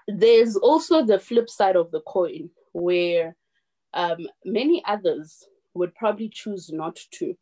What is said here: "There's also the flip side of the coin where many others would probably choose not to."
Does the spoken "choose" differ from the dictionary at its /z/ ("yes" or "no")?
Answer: no